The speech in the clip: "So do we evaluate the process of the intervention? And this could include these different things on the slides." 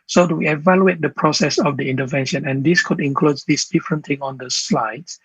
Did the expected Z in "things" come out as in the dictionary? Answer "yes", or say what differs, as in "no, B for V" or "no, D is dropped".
no, Z is dropped